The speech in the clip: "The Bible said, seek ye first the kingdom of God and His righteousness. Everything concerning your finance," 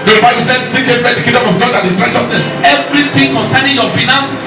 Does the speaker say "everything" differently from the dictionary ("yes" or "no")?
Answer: yes